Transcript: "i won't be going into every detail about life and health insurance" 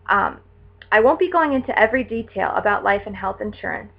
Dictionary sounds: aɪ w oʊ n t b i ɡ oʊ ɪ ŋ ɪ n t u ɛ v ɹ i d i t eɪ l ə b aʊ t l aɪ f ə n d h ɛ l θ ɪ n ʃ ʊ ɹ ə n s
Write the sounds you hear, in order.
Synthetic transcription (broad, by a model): aɪ w oʊ n b i ɡ oʊ ɪ ŋ ɪ n t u ɛ v ɹ i d i t eɪ l ə b aʊ t l aɪ f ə n h ɛ l θ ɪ n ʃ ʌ ɹ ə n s